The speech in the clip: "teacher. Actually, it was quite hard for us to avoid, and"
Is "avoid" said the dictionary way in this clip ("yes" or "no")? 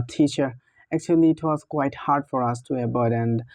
no